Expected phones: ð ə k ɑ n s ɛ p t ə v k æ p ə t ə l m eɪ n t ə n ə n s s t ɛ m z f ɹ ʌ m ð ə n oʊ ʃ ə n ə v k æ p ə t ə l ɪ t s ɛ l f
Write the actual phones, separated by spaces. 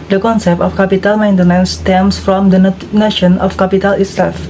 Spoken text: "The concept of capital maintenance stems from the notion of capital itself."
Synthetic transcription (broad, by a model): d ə k ɑ n s ɛ p t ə f k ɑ p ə t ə l m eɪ n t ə n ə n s s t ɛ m s f ɹ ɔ m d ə n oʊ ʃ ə n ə f k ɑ p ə t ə l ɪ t s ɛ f